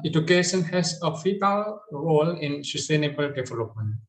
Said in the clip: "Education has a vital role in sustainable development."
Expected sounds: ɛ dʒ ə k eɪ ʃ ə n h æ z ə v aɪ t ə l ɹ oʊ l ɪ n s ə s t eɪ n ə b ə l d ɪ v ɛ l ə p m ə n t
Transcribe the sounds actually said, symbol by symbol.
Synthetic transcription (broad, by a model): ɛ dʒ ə k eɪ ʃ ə n h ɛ s ə f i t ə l ɹ oʊ l ɪ n s ə s t eɪ n ə b ə l d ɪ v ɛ l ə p m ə n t